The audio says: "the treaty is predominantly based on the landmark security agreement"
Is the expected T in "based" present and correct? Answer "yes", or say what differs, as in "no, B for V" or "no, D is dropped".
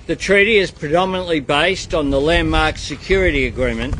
yes